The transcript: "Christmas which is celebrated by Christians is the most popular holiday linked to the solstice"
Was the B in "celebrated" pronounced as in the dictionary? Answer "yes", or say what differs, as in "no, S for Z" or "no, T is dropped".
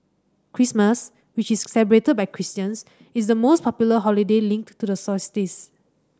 no, B is dropped